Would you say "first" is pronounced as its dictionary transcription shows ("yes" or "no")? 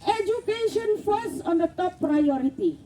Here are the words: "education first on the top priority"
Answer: no